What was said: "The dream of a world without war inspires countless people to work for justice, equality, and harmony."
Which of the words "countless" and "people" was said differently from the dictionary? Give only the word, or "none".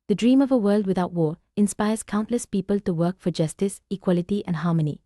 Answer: none